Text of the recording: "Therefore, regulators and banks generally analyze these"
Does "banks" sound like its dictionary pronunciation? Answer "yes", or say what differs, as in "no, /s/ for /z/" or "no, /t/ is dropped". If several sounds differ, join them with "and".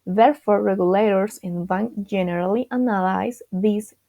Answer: no, /s/ is dropped